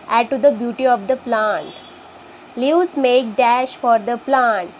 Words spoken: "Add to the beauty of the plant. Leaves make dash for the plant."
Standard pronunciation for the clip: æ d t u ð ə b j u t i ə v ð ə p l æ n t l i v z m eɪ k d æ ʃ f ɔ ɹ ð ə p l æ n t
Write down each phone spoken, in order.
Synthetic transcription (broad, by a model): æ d t u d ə b j u t i ə v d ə p l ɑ n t l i z m eɪ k d æ ʃ f ɔ ɹ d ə p l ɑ n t